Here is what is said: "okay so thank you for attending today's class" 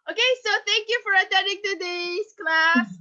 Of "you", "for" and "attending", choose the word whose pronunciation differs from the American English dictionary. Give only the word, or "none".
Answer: attending